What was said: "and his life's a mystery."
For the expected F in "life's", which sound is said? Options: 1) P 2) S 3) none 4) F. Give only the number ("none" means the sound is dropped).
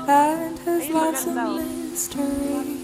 3